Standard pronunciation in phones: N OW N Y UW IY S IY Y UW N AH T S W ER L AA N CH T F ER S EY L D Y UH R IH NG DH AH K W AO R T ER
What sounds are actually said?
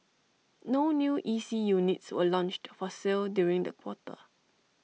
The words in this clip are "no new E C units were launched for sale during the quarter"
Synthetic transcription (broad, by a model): N OW N Y UW IY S IY Y UW N AH T S W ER L AA N CH T F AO S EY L D Y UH R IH NG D AH K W AO T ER